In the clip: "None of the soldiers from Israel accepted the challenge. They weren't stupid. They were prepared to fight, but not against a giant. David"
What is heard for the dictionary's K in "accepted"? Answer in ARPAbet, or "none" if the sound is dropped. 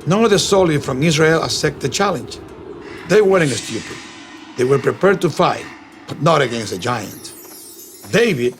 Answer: none